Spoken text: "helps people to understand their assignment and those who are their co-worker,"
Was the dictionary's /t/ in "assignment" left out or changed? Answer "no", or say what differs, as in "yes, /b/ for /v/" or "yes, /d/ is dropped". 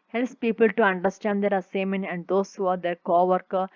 yes, /t/ is dropped